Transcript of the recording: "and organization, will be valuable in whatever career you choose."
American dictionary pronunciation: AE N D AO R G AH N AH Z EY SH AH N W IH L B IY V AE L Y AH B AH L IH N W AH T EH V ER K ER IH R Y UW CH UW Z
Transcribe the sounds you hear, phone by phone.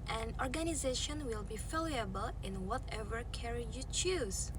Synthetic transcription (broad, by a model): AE N AO R G AH N AH Z EY SH AH N W IH L B IY F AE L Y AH B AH L IH N W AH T EH V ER K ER R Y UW CH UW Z